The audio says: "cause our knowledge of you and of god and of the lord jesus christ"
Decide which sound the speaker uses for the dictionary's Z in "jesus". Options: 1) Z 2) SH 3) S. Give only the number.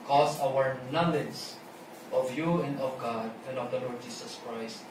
3